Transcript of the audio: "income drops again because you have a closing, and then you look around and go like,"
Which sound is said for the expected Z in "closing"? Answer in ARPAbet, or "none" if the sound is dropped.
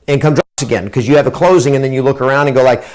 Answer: Z